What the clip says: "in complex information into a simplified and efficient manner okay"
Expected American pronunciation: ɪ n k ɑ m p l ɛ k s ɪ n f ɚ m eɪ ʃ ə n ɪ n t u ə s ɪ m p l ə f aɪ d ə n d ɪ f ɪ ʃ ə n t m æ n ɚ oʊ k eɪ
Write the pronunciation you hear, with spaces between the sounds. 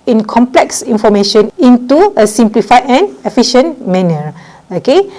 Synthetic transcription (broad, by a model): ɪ n k ɑ m p l ɛ k s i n f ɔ m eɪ ʃ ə n ɪ n t u ə s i m p l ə f aɪ ə n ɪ f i ʃ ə n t m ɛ n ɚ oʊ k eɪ